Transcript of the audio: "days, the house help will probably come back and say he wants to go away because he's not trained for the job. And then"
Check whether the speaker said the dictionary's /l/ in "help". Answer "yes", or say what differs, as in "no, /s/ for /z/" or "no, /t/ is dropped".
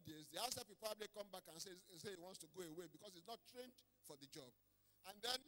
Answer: no, /l/ is dropped